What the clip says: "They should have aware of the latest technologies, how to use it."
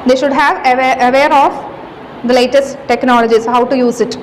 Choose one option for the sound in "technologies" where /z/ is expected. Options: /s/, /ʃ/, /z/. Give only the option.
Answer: /s/